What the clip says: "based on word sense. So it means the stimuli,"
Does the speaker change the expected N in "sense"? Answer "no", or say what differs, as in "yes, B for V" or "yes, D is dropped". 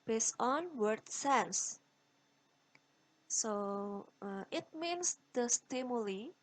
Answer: yes, L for N